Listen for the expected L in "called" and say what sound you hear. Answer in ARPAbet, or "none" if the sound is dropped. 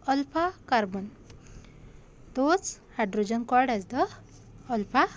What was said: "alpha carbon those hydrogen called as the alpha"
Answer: none